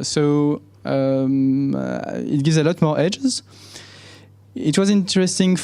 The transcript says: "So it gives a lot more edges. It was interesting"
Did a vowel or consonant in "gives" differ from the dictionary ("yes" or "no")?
no